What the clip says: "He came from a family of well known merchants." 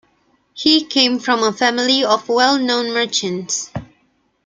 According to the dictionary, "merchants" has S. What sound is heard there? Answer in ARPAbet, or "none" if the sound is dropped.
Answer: S